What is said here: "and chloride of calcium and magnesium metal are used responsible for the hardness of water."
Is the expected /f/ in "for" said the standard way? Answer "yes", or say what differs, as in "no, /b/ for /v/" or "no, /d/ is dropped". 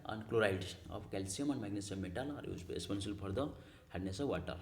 no, /p/ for /f/